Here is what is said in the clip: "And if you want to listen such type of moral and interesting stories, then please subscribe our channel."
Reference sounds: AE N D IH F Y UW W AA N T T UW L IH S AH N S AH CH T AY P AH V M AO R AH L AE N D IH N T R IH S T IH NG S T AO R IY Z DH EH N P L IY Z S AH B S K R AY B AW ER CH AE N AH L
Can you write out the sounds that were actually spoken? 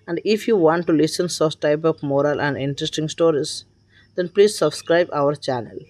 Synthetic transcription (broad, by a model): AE N D IH F Y UW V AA N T T UW L IH S AH N S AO S T AY P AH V M AO R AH L AE N D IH N T R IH S T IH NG S T AO R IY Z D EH N P L IY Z S AH B S K R AY B AW ER CH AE N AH L